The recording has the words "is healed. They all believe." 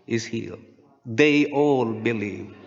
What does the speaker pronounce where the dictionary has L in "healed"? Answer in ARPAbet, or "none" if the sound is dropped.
none